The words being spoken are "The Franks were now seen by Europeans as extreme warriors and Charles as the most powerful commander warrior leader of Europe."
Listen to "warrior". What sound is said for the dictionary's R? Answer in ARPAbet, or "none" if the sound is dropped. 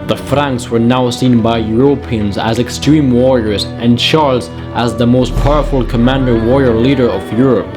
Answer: R